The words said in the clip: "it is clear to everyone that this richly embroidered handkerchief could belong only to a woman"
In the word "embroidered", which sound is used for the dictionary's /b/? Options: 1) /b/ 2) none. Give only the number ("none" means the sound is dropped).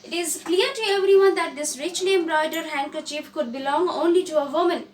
2